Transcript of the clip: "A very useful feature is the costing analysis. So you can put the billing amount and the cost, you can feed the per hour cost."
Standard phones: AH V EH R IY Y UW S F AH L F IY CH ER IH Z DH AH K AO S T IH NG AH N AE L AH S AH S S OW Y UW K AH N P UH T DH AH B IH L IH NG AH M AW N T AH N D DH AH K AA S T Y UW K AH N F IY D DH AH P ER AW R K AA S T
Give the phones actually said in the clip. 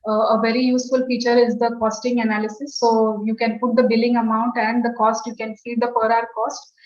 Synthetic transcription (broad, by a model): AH V EH R IY Y UW S F AH L F IY CH ER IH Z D AH K AO S T IH NG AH N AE L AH S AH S S OW Y UW K AH N P UH T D AH B IH L IH NG AH M AW N T AH N D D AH K AA S T Y UW K AH N F IY D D AH P ER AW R K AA S T